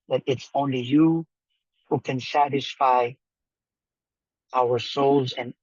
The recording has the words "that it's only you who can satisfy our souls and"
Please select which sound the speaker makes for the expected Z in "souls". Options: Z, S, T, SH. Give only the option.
Z